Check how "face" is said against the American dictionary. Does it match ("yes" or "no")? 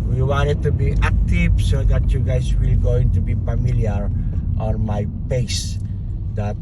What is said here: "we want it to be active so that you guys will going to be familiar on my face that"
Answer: no